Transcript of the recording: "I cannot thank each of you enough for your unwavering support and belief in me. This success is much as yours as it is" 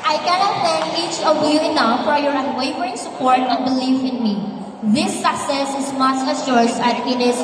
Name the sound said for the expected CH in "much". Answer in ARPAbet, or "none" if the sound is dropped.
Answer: S